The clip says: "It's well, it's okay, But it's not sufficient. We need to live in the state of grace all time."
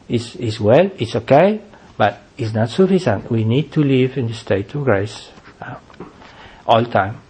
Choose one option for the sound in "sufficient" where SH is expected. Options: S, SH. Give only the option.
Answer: S